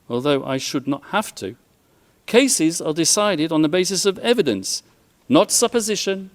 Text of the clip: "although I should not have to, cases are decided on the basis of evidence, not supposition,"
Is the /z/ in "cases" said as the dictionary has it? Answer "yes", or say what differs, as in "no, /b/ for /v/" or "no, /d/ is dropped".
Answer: yes